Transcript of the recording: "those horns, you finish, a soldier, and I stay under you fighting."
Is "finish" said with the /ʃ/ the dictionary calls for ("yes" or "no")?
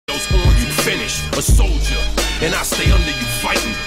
yes